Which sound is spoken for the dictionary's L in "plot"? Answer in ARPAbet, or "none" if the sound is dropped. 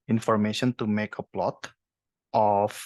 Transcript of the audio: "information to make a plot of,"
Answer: L